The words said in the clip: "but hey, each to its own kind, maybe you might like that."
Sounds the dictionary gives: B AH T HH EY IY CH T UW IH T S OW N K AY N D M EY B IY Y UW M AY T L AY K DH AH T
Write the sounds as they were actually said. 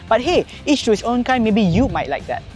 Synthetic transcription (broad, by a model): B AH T HH EY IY S T UW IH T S OW N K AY M EY B IY Y UW M AY T L AY K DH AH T